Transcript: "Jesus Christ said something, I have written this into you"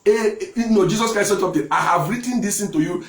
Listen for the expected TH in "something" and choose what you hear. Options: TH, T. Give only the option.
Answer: T